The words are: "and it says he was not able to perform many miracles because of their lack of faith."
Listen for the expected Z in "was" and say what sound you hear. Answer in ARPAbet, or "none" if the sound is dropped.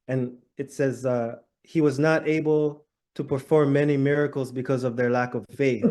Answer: Z